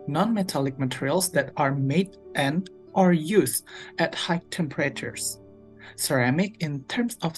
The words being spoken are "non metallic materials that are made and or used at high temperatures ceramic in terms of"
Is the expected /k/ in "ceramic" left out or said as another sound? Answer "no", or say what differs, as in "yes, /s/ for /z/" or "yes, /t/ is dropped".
no